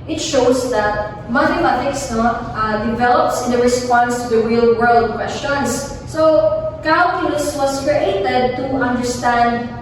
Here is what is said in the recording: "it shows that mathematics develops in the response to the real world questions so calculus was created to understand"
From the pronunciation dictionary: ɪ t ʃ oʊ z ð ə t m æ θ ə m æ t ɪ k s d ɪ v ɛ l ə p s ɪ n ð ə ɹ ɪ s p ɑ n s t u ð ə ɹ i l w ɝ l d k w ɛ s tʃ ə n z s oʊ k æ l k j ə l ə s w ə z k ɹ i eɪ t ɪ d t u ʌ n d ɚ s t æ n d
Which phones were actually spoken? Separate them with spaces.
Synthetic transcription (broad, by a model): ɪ t ʃ oʊ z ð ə t m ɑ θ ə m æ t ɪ k s d ɪ v ɛ l ə p s ɪ n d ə ɹ ɪ s p ɑ n s t u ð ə ɹ i l w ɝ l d k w ɛ s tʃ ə n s s oʊ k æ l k j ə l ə s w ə s k ɹ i eɪ t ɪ d t u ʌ n d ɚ s t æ n d